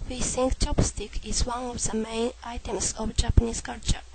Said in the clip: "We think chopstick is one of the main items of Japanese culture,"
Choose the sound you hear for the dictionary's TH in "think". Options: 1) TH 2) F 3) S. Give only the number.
3